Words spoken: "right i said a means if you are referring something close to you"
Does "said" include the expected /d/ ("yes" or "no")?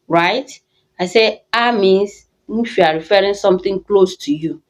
no